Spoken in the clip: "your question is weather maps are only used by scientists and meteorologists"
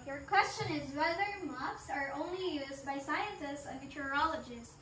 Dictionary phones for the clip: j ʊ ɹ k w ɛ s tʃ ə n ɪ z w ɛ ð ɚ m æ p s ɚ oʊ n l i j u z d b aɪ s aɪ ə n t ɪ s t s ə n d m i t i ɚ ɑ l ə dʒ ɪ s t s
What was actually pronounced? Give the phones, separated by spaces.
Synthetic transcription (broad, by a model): j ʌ ɹ k w ɛ s tʃ ə n ɪ z w ɛ ð ɚ m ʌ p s ɚ oʊ n l i j u z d b aɪ s aɪ ə n t ɪ s t s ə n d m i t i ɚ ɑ l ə dʒ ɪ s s